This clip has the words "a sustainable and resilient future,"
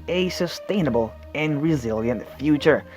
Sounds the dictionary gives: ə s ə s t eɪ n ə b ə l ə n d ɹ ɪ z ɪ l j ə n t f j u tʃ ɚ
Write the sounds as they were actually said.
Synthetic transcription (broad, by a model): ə s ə s t eɪ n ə b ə l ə n ɹ ɪ z ɪ l j ə n t f j u tʃ ɚ